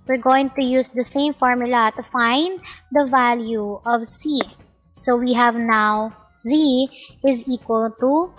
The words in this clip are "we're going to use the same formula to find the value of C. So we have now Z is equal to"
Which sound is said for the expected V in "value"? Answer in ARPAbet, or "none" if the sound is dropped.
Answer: V